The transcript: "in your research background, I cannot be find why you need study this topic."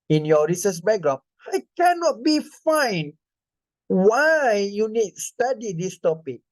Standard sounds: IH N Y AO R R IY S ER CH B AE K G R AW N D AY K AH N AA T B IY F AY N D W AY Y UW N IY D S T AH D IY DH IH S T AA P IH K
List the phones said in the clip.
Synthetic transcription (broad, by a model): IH N Y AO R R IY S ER S B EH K G R AW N AY K AH N AA T B IY F AY N W AY Y UW N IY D S T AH D IY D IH S T AA P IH K